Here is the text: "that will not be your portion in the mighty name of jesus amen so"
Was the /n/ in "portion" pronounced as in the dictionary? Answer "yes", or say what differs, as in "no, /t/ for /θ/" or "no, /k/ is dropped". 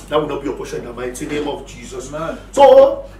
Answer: no, /n/ is dropped